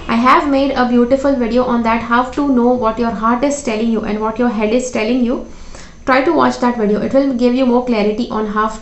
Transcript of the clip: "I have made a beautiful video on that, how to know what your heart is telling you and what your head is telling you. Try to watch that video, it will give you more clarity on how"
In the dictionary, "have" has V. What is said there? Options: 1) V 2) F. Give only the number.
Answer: 1